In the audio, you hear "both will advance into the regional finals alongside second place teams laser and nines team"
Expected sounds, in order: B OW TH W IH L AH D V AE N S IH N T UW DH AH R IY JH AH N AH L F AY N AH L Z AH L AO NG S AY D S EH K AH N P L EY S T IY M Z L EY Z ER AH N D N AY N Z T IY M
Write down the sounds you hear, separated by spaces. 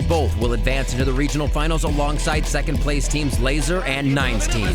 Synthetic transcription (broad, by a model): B OW TH W IH L AH D V AE N S IH N T UW DH AH R IY JH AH N L F AY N L Z AH L AO NG S AY D S EH K AH N P L EY S T IY M Z L EY Z ER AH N N AY N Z T IY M